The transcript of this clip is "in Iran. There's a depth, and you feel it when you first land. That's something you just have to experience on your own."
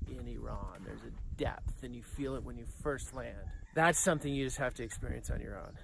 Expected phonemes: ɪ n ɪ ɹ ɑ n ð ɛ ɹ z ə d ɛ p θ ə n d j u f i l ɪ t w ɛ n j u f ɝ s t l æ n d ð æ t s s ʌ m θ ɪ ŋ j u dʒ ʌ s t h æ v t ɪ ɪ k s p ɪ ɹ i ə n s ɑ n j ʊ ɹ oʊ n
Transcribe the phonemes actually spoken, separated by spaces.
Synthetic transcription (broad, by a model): ɪ n ɪ ɹ ɑ n ð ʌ ɹ z ə d ɛ p θ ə n j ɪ f i l ɪ t w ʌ n j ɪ f ɝ s t l æ n d ð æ t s s ʌ m θ ɪ ŋ j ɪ dʒ ʌ s t h æ f t ɪ ɪ k s p ɪ ɹ i ə n s n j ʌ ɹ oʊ n